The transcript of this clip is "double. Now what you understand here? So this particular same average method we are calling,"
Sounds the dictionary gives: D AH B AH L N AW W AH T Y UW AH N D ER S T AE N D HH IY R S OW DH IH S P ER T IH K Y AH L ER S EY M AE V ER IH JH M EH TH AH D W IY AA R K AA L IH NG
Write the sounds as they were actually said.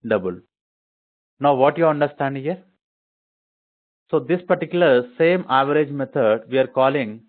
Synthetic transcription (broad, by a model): D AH B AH L N AW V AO T Y UW AH N D ER S T AE N D HH IY R S OW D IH S P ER T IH K Y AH L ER S EY M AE V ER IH JH M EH T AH D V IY AA R K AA L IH NG